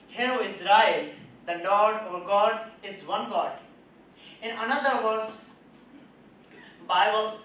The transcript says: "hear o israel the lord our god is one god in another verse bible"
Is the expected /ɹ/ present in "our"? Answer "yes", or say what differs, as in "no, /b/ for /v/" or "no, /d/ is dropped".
yes